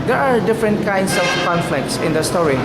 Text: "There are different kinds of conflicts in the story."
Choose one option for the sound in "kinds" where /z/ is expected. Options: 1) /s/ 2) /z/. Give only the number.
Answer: 1